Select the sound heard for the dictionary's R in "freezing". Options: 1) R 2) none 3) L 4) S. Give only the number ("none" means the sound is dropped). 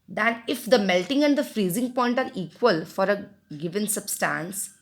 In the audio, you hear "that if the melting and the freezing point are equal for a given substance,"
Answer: 1